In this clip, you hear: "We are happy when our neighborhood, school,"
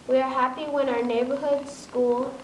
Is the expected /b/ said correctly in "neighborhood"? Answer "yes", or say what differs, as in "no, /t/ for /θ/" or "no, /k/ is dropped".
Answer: yes